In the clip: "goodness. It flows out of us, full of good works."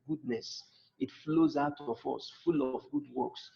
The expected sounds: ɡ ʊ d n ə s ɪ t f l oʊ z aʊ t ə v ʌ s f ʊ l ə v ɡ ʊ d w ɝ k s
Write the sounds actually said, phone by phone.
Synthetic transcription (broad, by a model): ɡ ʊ d n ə s ɪ t f l oʊ z aʊ t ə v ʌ s f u l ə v ɡ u d w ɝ k s